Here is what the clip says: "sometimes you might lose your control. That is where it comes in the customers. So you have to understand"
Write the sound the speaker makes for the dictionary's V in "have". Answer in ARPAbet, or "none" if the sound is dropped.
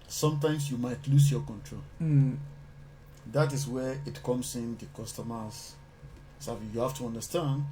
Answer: F